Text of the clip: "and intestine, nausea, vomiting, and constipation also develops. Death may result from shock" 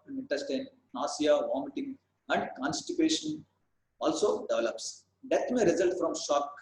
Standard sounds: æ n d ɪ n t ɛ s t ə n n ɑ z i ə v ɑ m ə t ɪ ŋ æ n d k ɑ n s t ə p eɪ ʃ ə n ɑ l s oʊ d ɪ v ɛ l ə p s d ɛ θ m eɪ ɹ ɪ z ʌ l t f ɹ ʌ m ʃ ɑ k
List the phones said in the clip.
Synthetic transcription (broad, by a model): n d ɪ n t ɛ s t ə n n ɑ s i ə v ɑ m ə t ɪ ŋ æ n d k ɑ n s t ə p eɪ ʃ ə n ɑ l s oʊ d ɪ v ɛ l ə p s d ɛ t m eɪ ɹ ɪ z ʌ l t f ɹ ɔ m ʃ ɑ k